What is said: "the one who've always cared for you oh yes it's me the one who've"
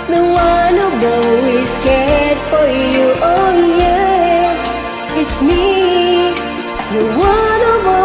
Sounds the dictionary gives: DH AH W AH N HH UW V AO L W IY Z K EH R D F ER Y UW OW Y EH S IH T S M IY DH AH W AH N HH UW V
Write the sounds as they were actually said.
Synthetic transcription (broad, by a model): DH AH W AH N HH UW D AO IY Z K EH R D F ER Y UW OW Y EH S IH T S M IY DH AH W AH N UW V